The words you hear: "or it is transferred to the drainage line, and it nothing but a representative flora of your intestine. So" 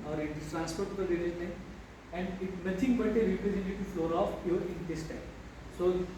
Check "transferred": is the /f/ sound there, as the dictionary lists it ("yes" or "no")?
no